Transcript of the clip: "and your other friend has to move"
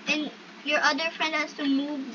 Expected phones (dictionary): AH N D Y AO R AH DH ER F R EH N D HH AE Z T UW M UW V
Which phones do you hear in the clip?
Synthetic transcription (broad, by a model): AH N Y AO R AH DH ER F R EH N D HH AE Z T UW M UW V